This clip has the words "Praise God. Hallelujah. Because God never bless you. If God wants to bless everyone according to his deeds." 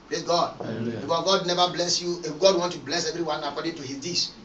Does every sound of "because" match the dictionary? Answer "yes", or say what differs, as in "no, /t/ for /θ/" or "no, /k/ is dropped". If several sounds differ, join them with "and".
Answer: no, /z/ is dropped